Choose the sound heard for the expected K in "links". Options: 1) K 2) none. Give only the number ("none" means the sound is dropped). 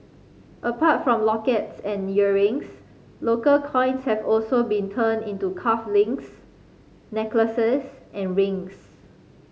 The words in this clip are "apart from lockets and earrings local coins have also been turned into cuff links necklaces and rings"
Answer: 2